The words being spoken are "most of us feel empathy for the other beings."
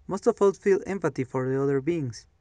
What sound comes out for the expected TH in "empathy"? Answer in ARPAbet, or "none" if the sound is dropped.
T